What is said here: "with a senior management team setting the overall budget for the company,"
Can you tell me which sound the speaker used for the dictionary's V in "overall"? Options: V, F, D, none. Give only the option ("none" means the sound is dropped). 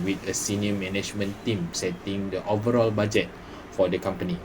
V